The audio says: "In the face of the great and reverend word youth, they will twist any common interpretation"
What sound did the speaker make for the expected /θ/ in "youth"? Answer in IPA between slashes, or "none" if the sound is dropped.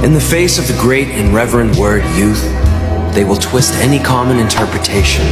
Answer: /θ/